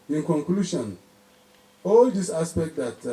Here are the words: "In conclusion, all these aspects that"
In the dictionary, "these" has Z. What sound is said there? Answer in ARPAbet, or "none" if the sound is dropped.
S